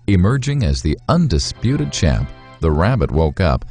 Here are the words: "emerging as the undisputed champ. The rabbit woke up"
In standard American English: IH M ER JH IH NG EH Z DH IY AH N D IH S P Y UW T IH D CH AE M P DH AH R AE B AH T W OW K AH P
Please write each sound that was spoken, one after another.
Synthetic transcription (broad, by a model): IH M ER JH IH NG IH Z DH IY AH N D IH S P Y UW T IH D CH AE P DH AH R AE B AH T W OW K AH P